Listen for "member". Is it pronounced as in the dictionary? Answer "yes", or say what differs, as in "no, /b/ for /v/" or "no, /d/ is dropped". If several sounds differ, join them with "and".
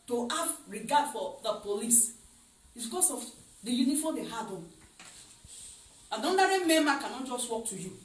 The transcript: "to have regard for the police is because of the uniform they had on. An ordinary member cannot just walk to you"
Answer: no, /b/ is dropped